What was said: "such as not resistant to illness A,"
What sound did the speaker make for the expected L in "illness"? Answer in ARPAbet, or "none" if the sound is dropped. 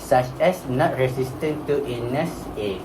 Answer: none